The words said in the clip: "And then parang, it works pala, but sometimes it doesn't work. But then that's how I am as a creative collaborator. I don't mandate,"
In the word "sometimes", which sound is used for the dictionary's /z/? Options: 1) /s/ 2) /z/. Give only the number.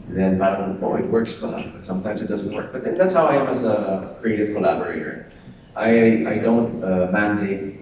2